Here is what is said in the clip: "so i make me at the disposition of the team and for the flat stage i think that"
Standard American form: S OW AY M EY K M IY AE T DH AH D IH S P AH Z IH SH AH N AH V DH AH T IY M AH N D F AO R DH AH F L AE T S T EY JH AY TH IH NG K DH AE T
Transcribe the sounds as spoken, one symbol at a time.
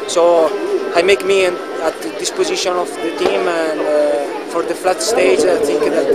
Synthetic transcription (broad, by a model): S OW AY M EY K M IY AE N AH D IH S P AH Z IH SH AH N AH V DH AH T IY M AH N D F AO R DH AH F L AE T S T EY JH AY TH IH NG K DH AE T